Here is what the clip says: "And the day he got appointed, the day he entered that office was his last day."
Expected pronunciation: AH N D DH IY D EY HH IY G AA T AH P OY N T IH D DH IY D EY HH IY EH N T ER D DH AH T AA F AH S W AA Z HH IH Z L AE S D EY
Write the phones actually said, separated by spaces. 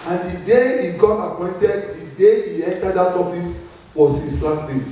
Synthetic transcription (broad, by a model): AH N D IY D EY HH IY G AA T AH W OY N T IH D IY D EY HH IY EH N T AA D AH T AA F AH S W AA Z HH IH S L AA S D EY